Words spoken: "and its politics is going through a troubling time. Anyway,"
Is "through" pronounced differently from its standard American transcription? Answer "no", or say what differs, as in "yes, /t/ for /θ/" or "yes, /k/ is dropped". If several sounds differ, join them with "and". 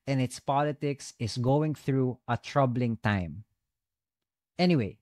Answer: no